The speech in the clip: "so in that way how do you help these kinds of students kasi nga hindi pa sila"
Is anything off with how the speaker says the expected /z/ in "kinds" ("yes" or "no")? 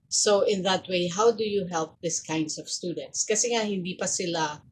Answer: yes